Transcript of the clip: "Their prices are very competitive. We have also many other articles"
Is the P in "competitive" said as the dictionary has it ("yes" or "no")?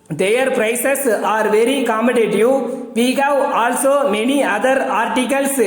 no